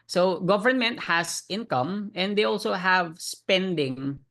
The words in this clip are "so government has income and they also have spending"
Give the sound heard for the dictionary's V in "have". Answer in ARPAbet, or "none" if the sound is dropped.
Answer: V